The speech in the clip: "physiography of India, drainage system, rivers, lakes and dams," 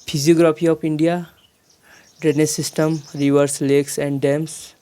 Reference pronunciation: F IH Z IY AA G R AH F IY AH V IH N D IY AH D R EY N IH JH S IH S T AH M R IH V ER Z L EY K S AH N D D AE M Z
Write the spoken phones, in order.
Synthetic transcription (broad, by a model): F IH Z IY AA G R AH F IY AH P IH N D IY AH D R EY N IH S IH S T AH M R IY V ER S L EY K S AH N D D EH M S